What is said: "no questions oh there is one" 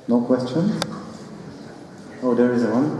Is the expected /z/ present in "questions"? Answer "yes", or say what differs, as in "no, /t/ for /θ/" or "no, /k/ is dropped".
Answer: no, /z/ is dropped